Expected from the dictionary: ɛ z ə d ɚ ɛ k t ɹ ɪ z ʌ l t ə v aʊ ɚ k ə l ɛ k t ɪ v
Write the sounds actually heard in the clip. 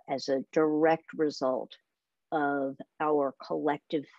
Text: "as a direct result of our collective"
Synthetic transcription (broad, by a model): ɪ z ə d ɚ ɛ k t ɹ ɪ z ʌ l t ə v aʊ ɚ k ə l ɛ k t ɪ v